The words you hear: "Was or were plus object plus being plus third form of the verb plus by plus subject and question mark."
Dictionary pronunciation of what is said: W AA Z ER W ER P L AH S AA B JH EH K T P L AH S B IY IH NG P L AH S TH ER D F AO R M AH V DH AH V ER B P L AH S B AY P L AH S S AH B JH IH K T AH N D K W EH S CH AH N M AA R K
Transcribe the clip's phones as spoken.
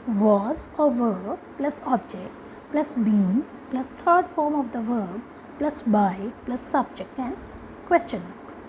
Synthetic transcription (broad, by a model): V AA Z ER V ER P L AH S AA B JH EH K T P L AH S B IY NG P L AH S T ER D F AO R M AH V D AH V ER B P L AH S B AY P L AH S S AH B JH IH K T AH N K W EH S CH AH N